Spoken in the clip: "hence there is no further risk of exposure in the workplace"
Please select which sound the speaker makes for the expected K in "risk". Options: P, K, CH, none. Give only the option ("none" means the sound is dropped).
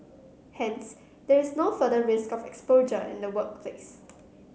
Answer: K